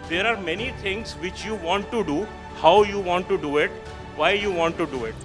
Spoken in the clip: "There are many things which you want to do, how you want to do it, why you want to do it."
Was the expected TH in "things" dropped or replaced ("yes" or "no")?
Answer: yes